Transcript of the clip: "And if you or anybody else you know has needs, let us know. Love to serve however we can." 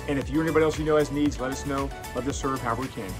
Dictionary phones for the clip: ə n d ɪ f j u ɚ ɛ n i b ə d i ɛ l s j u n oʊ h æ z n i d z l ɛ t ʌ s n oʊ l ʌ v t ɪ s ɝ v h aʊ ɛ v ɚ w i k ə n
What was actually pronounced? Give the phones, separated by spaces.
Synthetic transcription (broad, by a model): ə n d ɪ f j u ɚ ɛ n i b ə d i ɛ l s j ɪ n oʊ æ s n i d z l ɛ t ʌ s n oʊ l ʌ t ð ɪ s ɝ v h aʊ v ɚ w i k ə n